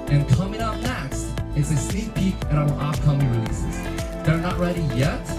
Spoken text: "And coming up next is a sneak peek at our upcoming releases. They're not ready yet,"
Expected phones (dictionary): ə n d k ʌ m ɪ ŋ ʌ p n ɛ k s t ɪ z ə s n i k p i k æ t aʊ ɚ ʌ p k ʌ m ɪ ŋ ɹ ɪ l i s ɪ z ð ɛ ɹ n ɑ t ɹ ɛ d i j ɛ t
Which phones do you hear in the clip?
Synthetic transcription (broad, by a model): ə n k ʌ m ɪ ŋ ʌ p n ɛ k s t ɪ s ə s i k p i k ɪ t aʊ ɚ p k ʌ m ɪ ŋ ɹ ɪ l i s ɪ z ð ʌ ɹ n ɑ t ɹ ɛ d i j ɛ t